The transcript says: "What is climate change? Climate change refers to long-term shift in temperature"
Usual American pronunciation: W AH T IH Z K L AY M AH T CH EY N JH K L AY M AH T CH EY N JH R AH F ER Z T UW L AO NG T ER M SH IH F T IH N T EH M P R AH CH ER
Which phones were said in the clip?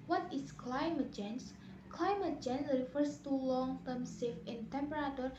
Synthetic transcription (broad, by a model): W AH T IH S K L AY M AH T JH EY N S K L AY M AH T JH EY N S R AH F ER S T UW L AO NG T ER M S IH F IH N T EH M P R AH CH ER